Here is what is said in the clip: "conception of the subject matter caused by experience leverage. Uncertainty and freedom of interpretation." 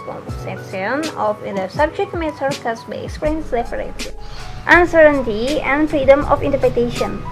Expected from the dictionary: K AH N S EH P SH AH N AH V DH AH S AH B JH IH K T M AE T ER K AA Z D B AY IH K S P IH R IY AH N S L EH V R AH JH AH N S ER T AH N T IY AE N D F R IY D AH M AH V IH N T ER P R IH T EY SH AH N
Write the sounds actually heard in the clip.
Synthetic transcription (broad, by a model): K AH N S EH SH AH N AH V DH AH S AH B JH IH K T M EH S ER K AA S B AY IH K S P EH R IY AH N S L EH P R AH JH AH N S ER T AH N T IY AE N D F R IY D AH M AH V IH N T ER P R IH T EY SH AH N